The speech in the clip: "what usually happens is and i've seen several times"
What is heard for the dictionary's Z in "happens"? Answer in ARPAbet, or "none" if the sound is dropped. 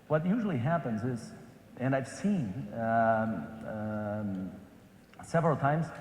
Z